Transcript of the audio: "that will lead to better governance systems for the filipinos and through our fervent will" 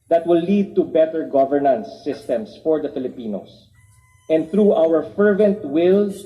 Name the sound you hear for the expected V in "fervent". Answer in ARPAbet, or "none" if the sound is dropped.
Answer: V